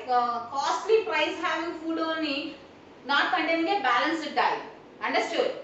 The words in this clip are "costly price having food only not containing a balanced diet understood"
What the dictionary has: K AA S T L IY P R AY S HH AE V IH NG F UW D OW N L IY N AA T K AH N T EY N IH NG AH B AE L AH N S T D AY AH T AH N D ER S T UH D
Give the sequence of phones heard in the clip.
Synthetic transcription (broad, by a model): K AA S T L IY P R AY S HH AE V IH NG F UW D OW N IY N AA T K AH N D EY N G AH B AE L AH N S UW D AY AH AH N D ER S T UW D